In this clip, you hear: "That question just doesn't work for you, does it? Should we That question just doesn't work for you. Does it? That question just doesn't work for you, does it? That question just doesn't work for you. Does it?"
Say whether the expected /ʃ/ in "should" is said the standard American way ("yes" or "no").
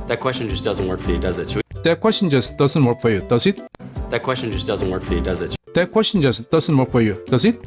no